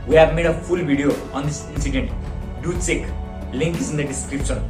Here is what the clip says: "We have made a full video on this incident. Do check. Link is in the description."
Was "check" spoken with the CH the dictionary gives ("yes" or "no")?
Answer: no